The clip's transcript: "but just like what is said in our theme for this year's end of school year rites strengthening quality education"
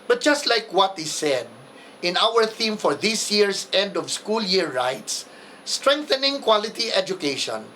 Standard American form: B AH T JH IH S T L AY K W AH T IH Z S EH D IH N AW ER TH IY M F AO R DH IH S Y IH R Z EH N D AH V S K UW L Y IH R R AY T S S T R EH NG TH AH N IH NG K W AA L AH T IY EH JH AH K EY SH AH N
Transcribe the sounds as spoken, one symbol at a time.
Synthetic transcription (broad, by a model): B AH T JH IH S T L AY K W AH T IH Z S EH D IH N AW ER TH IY M F AO R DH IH S Y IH R S EH N D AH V S K UW L Y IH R R AY T S S T R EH NG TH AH N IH NG K W AA L AH T IY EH JH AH K EY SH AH N